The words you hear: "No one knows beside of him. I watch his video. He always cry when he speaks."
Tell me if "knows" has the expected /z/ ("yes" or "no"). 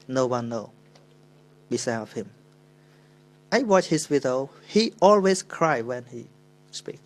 no